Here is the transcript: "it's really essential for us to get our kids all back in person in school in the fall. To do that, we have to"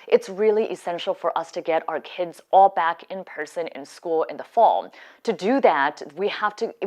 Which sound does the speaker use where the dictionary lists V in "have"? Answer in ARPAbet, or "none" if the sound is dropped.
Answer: F